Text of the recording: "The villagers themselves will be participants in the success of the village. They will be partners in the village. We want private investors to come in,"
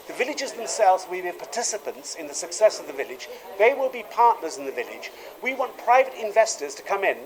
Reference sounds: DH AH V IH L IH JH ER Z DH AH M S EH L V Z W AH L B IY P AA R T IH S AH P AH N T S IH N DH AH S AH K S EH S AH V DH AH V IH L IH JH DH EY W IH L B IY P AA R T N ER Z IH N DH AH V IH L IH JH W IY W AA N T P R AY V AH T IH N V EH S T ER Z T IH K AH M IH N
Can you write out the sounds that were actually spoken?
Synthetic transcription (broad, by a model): DH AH V IH L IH JH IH Z DH AH M S EH L V Z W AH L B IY P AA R T IH S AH P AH N T S IH N DH AH S AH K S EH S AH V DH AH V IH L IH JH DH EY W IH L B IY P AA R T N ER Z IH N DH AH V IH L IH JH W IY W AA N P R AY V AH T IH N V EH S T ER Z T IH K AH M IH N